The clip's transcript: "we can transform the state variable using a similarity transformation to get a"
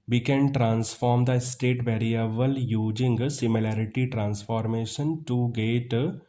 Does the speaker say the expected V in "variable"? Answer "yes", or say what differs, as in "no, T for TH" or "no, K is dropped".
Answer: no, B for V